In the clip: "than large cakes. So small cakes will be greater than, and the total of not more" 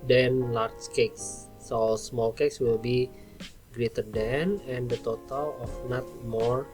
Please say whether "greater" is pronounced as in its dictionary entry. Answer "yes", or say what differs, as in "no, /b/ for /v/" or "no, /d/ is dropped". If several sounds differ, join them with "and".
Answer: yes